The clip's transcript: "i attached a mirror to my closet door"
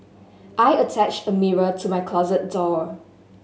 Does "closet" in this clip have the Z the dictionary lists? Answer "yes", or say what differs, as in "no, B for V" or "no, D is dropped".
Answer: yes